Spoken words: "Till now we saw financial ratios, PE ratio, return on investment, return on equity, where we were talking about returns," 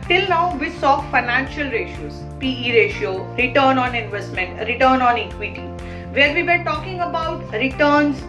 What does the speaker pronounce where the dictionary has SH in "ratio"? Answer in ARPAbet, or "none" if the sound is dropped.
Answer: SH